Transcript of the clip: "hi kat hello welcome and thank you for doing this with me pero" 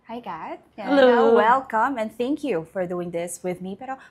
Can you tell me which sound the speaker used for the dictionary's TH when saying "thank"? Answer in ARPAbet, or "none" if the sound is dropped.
TH